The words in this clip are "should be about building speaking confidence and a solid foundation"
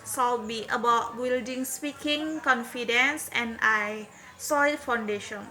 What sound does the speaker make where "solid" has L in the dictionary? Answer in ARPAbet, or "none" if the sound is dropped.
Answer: none